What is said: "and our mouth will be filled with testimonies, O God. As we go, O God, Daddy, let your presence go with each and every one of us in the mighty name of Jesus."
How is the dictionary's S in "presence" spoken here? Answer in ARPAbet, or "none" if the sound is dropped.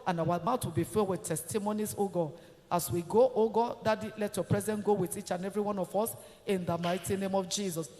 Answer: none